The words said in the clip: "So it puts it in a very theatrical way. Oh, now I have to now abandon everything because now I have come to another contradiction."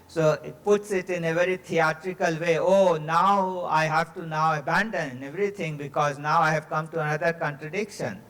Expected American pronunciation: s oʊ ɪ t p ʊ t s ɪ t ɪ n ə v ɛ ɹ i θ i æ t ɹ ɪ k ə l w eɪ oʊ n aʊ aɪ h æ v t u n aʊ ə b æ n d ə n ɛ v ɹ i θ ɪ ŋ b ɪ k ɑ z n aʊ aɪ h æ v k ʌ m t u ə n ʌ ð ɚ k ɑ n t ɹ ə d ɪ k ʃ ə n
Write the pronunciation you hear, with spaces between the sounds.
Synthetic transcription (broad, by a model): s oʊ ɪ t p ʊ t s ɪ t ɪ n ə v ɛ ɹ i t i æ t ɹ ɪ k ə l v eɪ oʊ n aʊ aɪ h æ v t u n aʊ ə b æ n d ə n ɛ v ɹ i t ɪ ŋ b ɪ k ɑ z n aʊ aɪ h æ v k ʌ m t u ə n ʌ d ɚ k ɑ n t ɹ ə d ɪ k ʃ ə n